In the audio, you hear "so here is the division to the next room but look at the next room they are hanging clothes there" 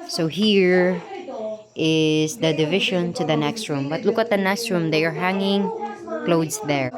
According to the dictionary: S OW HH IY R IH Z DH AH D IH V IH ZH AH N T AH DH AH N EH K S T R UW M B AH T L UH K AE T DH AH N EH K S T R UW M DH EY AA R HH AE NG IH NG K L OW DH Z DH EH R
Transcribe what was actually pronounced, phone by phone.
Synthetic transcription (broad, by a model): S OW HH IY R IH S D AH D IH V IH SH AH N T AH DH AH N EH K S T R UW M B AH T L UH K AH T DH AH N EH K S T R UW M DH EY AA R HH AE NG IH NG K L OW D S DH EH R